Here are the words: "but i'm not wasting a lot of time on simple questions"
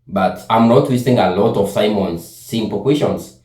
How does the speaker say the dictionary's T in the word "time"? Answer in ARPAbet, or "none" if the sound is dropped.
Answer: S